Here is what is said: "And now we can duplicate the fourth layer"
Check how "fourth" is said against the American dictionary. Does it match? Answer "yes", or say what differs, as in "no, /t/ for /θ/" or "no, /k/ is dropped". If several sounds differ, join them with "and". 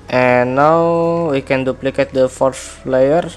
no, /s/ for /θ/